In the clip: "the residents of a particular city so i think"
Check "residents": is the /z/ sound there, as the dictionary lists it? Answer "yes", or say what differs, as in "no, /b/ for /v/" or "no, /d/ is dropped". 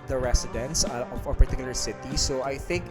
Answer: no, /s/ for /z/